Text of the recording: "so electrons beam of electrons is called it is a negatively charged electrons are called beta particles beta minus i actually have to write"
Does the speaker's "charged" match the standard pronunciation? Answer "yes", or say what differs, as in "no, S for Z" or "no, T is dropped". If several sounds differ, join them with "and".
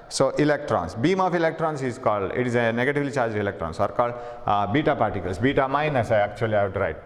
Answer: no, D is dropped